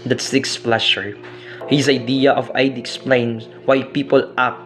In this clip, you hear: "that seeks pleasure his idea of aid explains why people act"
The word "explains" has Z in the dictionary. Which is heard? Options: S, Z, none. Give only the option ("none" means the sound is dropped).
none